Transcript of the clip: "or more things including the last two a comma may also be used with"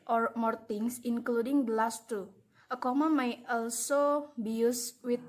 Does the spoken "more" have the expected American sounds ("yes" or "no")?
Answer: yes